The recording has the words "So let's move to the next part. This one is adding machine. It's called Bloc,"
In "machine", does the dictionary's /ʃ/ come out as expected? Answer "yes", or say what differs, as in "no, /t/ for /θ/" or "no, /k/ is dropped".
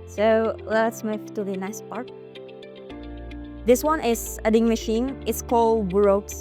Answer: yes